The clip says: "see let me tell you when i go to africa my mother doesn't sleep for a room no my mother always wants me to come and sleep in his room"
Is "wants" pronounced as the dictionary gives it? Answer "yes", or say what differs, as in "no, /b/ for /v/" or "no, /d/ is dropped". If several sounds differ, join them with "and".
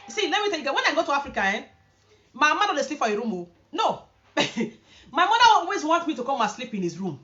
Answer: no, /s/ is dropped